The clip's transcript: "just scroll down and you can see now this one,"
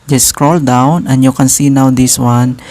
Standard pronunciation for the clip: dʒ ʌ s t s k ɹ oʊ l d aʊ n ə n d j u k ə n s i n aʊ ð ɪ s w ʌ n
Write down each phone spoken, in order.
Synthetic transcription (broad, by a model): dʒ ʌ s s k ɹ oʊ l d aʊ n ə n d j u k ə n s i n aʊ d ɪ s w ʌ n